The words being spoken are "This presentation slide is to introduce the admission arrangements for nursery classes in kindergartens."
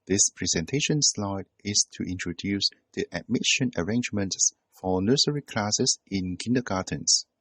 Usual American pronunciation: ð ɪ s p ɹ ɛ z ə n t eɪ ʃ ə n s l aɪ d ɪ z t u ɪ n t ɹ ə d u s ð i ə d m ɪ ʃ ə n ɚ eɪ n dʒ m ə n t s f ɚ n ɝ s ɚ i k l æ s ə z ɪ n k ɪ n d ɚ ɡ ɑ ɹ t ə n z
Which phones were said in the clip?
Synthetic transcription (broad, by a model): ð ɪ s p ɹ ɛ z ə n t eɪ ʃ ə n s l aɪ d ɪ s t u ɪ n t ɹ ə d u s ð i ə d m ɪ ʃ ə n ɚ eɪ n dʒ m ə n t s f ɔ n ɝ s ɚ i k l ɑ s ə s ɪ n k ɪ n d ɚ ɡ ɑ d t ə n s